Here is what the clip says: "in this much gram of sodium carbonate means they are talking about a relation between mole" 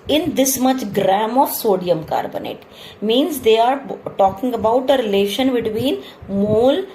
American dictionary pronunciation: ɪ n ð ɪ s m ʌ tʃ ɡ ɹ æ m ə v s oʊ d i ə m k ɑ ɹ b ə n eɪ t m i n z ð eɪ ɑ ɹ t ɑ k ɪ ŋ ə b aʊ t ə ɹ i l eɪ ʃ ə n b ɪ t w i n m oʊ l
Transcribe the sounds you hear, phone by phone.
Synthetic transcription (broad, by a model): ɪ n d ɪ s m ʌ tʃ ɡ ɹ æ m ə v s oʊ d i ə m k ɑ ɹ b ə n eɪ t m i n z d eɪ ɑ ɹ t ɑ k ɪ ŋ ə b aʊ t ə ɹ i l eɪ ʃ ə n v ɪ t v i n m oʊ l